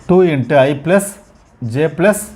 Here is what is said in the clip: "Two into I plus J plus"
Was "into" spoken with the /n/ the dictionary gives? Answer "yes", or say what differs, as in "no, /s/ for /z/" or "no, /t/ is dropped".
yes